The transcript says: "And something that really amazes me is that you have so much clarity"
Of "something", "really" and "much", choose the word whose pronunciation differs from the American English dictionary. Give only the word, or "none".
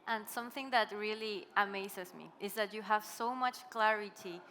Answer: none